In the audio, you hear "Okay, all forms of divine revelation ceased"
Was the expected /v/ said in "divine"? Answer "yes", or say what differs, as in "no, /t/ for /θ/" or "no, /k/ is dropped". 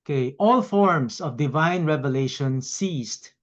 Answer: yes